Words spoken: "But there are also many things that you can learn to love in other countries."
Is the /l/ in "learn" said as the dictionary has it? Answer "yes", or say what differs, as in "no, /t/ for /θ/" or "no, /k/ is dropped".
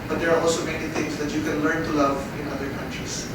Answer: yes